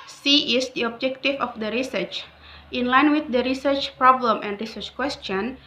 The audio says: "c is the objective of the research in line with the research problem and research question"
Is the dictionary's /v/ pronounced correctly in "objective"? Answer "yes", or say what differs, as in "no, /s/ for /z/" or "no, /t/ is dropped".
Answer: no, /f/ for /v/